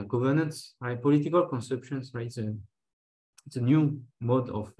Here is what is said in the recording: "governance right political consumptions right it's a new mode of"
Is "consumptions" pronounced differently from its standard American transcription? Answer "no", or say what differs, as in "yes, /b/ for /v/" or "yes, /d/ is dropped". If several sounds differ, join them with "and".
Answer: yes, /m/ is dropped